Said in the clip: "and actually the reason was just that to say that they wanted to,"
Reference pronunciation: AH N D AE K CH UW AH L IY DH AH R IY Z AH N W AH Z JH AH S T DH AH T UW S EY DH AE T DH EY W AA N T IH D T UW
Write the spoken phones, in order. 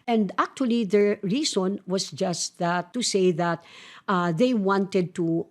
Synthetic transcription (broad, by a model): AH N D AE K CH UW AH L IY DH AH R IY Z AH N W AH S JH AH S T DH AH T UW S EY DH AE T DH EY W AA N T IH D T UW